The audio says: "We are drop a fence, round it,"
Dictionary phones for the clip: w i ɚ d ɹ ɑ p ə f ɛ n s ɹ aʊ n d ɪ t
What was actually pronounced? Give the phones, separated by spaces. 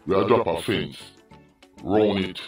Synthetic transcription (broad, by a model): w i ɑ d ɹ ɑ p ə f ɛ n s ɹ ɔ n ɪ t